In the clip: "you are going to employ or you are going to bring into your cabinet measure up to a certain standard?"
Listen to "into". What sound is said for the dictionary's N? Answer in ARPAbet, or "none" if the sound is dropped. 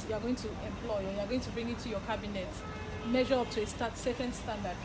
none